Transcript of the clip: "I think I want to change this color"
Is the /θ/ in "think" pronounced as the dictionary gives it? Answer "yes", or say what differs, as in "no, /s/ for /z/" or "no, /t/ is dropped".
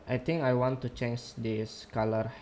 no, /t/ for /θ/